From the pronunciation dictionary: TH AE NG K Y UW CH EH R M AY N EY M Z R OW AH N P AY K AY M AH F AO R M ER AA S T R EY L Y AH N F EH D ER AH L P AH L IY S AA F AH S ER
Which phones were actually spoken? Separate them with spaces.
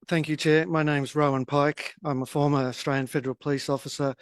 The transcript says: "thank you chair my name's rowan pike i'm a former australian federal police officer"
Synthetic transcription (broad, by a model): TH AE NG K Y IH CH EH M AY N EY M Z R OW AH N P AY K AY M AH F AO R M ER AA S T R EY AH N F EH D ER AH L P AH L IY S AA F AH S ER